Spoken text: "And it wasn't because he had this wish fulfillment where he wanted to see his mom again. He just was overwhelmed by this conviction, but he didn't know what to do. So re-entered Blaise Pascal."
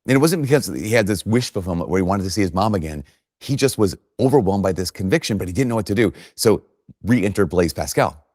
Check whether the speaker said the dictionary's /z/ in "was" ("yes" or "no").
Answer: yes